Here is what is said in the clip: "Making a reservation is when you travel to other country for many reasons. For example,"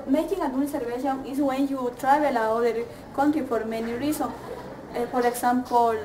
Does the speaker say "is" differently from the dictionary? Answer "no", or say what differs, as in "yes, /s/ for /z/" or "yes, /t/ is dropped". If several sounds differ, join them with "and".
yes, /s/ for /z/